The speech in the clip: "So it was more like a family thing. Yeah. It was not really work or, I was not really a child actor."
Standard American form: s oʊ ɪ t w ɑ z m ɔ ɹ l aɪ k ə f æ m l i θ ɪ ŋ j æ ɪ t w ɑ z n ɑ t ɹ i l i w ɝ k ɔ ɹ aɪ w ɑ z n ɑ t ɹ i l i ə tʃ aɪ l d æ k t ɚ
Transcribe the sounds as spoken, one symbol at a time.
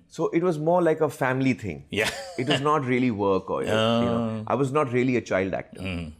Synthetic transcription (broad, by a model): s oʊ ɪ t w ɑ z m ɔ ɹ l aɪ k ə f æ m l i t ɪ ŋ j æ ɪ t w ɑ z n ɑ t ɹ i l i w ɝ k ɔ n aɪ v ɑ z n ɑ t ɹ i l i ə tʃ aɪ l d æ k t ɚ